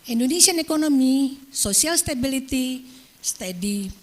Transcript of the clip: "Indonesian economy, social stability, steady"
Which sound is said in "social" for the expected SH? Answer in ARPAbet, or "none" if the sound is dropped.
S